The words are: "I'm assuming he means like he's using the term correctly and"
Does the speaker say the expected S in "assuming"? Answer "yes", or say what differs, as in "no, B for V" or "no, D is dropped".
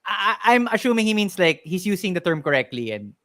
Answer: no, SH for S